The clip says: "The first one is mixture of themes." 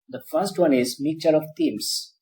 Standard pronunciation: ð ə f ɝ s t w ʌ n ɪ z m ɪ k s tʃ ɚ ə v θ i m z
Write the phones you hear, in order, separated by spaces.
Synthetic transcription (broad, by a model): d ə f ɝ s t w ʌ n ɪ z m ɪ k tʃ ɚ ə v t i m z